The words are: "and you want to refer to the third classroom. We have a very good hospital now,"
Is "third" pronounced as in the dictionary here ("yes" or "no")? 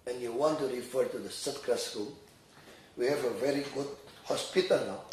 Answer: no